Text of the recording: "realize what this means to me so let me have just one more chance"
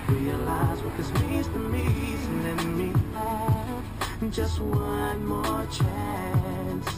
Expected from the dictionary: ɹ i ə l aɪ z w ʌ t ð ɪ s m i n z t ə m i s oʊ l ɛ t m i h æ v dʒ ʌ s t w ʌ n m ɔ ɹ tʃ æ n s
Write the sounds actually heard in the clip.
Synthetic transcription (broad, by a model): ɹ i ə l aɪ z w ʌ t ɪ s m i z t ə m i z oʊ n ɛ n m i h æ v dʒ ʌ s t w ʌ n m ɔ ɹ tʃ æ n s